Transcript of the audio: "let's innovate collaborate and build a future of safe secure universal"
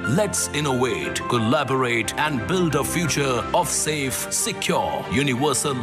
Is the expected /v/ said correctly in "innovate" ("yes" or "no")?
no